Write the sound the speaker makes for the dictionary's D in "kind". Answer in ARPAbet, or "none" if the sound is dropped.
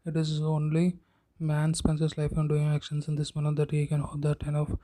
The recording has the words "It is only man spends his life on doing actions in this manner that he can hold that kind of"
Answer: none